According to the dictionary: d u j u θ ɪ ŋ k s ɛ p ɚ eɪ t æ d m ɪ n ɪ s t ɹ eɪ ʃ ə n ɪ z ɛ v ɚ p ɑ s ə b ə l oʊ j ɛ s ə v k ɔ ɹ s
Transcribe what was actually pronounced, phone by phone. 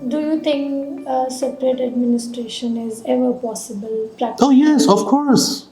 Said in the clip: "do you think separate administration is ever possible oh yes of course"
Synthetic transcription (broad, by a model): d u j u t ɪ ŋ k s ɛ p ɚ eɪ t æ d m ɪ n ɪ s t ɹ eɪ ʃ ə n ɪ z ɛ v ɚ p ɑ s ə b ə l oʊ j ɛ s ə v k ɔ ɹ s